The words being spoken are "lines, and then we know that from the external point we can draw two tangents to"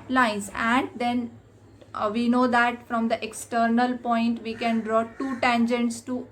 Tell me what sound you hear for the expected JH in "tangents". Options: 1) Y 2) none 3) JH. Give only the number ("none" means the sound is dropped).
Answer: 3